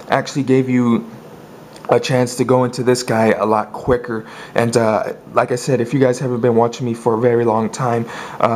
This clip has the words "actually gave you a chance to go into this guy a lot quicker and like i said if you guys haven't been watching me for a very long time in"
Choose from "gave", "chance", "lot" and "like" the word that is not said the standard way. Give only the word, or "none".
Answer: none